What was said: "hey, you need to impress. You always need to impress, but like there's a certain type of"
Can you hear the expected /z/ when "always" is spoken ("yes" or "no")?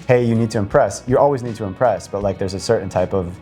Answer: yes